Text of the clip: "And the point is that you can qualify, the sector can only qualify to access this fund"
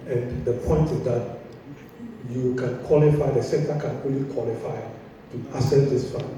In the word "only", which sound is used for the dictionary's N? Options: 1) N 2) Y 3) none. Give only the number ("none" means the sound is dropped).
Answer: 3